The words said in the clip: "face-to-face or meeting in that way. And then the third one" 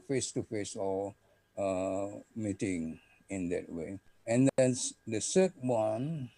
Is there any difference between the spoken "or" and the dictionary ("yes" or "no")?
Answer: yes